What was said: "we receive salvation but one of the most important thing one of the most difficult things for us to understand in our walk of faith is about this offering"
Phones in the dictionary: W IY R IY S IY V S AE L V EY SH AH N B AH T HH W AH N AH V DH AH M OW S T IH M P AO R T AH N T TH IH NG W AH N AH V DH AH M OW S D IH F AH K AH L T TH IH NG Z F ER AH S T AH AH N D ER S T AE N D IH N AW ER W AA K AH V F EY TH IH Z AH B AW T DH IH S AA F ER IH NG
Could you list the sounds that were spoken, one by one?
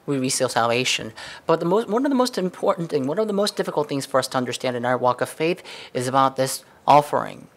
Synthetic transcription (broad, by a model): W IY R IY S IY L S AE L V EY SH AH N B AH T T W AH N AH V DH AH M OW S T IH M P AO R T N TH IH NG W AH N AH V DH AH M OW S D IH F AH K L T TH IH NG Z F ER AH S T AH AH N D ER S T AE N D IH N AW ER W AA K AH V F EY TH IH Z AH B AW T DH IH S AA F ER IH NG